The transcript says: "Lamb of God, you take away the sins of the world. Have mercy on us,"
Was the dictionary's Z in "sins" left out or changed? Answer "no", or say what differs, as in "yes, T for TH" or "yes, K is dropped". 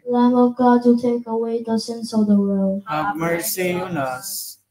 yes, S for Z